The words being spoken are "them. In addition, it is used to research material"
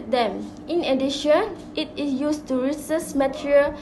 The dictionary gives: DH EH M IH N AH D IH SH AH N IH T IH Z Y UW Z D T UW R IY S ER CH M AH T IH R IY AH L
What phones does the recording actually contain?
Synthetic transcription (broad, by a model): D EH M IH N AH D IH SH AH N IH T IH S Y UW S T UW R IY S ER S M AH T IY R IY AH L